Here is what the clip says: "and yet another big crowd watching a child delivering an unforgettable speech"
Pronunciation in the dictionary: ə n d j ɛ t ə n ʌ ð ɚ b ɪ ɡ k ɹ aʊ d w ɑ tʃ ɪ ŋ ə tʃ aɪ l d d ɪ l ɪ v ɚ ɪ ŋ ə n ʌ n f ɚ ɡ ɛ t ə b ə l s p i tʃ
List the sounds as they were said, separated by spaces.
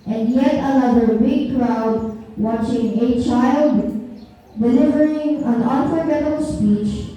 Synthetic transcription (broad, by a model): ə n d j ɛ t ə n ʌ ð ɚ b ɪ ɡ k ɹ aʊ d w ɑ tʃ ɪ ŋ ə tʃ aɪ l d d ɪ l ɪ v ɚ ɪ ŋ ə n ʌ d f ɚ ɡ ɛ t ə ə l s p i tʃ